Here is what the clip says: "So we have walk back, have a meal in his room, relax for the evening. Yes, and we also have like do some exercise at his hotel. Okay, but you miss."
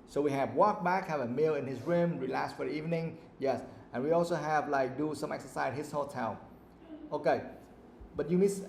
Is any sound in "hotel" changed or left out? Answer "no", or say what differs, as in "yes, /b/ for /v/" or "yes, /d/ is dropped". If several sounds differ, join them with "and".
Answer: yes, /n/ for /l/